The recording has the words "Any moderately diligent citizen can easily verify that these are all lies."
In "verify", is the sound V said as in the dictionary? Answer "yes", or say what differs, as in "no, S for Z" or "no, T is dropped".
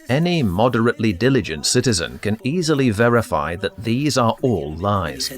yes